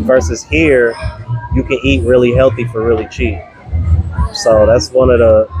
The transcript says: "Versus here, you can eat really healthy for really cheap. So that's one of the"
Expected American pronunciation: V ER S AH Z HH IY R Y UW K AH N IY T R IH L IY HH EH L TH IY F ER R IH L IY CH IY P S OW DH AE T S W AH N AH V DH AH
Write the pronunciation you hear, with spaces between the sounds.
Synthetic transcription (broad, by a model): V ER S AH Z HH IY R Y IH K AH N IY T R IH L IY HH EH L TH IY F ER R IH L IY CH IY P S OW DH AE T S W AH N AH V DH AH